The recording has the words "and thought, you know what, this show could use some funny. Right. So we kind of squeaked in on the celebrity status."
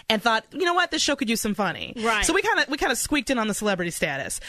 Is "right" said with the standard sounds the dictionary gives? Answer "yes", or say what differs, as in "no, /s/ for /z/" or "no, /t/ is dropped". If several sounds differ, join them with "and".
no, /w/ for /ɹ/